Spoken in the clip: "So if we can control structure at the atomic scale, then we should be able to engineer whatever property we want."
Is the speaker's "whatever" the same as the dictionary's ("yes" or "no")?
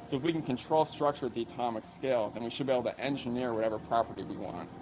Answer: yes